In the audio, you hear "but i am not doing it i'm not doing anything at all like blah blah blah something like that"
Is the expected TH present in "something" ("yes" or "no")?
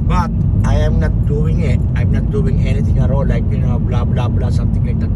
no